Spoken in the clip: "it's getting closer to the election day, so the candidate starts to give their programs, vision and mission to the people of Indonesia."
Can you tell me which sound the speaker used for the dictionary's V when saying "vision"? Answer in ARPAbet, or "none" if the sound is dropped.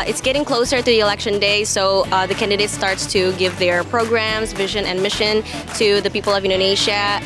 V